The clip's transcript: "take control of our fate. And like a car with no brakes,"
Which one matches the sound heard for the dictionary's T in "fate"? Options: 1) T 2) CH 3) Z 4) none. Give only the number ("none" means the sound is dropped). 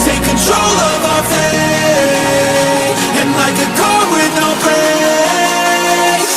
4